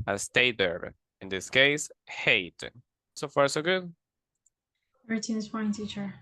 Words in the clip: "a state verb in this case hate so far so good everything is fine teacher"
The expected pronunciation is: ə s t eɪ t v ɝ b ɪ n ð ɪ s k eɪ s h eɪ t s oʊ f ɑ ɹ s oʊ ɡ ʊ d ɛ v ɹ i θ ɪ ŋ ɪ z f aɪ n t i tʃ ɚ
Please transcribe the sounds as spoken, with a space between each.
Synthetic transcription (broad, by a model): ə s t eɪ t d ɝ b ɪ n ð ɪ s k eɪ s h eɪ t s oʊ f ɑ ɹ s oʊ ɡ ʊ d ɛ ɹ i t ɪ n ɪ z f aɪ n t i tʃ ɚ